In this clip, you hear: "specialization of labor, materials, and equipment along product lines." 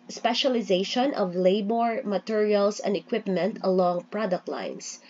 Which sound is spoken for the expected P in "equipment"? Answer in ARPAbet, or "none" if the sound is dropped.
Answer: P